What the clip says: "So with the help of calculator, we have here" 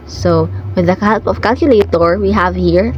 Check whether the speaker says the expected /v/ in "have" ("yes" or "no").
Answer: yes